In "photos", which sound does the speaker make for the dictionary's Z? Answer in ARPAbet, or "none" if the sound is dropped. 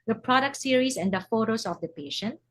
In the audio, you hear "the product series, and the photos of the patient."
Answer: S